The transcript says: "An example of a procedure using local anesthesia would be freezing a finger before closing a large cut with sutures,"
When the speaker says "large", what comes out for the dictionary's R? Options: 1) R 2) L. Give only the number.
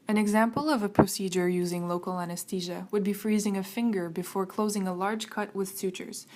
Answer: 1